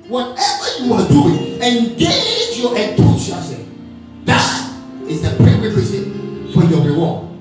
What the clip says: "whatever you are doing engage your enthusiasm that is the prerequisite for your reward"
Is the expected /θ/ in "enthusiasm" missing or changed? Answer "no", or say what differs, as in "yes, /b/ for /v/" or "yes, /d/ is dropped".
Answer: yes, /t/ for /θ/